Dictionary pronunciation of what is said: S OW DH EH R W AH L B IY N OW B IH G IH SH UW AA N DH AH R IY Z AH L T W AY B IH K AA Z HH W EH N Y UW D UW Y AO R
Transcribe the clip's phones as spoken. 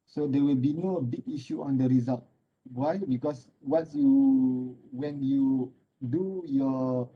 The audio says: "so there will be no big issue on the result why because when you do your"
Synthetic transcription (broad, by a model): S OW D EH W AH L B IY N OW B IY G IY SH UW AA N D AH R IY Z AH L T W AY B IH K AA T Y W EH N Y UW D UW Y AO